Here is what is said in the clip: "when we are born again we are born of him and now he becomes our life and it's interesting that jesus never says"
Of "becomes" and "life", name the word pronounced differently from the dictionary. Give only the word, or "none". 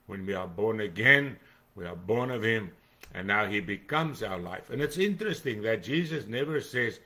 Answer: none